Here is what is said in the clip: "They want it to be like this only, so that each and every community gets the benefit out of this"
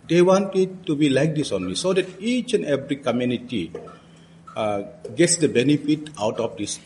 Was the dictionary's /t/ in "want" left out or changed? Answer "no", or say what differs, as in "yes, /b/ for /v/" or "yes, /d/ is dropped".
no